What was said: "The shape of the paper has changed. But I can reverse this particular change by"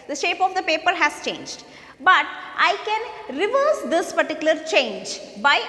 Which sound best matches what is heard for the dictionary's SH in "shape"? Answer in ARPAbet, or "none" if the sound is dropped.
SH